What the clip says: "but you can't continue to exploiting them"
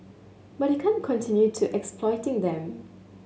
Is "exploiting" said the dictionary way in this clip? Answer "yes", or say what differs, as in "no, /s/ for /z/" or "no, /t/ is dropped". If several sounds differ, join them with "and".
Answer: yes